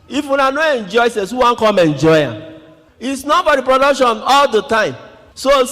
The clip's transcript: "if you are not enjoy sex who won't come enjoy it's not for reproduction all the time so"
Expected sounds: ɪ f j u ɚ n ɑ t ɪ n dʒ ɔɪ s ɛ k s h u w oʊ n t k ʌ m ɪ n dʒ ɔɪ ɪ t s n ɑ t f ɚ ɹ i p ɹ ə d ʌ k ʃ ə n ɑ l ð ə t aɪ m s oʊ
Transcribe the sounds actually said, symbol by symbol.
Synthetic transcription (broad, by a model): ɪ f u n ɑ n ɪ n dʒ ɔɪ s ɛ s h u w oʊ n k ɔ m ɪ n dʒ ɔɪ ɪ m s n ɑ t f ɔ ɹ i p ɹ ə d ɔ k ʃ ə n ɑ l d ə t aɪ m s oʊ